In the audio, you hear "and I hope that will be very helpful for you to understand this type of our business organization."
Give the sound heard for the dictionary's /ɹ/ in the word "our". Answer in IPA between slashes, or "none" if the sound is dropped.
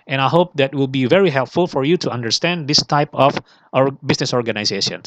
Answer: /ɹ/